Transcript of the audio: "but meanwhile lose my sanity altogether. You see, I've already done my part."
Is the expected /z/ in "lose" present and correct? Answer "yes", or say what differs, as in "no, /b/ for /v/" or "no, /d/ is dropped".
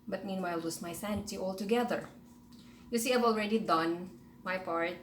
no, /s/ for /z/